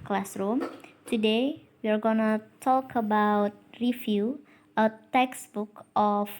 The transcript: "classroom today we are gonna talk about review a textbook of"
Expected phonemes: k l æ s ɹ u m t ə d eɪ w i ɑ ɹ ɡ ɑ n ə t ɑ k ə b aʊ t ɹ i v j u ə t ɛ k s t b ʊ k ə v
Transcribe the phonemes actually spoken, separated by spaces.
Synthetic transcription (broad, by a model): k l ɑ s ɹ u m t ə d eɪ w i ɑ ɹ ɡ ɑ n ə t ɑ k ə b aʊ t ɹ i f j u ə t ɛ k s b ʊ k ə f